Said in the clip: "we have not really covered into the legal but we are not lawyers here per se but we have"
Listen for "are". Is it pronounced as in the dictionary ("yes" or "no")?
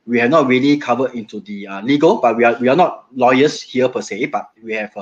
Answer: no